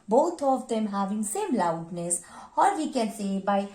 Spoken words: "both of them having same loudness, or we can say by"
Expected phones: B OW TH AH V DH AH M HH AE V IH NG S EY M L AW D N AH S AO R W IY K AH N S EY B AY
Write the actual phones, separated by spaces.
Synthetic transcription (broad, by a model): B OW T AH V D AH M HH AE V IH NG S EY M L AW D N AH S AO R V IY K AH N S EY B AY